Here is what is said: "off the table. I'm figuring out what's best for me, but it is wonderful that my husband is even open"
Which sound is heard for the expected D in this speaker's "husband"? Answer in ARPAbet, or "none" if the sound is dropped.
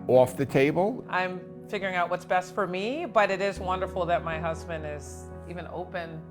D